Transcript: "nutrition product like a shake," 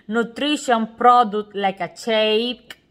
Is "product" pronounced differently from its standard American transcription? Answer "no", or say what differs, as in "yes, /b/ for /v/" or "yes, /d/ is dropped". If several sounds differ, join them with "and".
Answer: yes, /k/ is dropped